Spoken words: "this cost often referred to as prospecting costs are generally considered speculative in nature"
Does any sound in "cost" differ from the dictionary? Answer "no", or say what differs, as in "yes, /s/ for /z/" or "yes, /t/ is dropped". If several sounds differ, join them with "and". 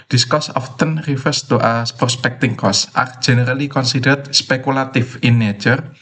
yes, /t/ is dropped